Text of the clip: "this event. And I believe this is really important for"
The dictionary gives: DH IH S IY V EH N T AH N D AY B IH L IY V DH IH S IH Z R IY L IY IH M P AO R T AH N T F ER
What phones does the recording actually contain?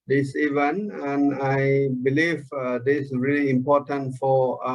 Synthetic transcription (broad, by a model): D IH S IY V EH N AH N AY B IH L IY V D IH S R IY L IY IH M P AO T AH N T F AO